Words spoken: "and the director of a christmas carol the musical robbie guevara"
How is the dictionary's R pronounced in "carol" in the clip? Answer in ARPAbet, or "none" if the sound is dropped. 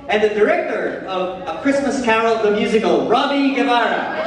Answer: none